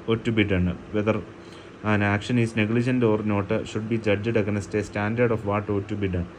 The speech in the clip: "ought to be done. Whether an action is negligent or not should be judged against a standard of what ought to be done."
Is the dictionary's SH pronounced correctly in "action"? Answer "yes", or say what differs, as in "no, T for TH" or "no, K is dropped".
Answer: yes